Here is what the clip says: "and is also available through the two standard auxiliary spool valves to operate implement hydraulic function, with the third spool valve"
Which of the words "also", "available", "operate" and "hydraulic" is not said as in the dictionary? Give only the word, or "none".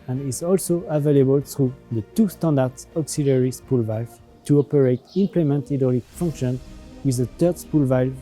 hydraulic